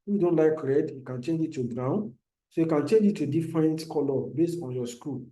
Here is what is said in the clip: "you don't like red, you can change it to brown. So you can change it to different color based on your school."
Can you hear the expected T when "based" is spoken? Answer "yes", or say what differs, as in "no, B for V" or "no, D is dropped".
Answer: yes